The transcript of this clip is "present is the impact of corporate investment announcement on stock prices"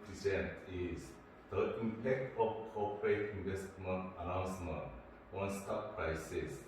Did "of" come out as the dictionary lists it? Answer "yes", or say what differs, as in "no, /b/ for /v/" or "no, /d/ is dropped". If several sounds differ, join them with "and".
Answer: no, /f/ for /v/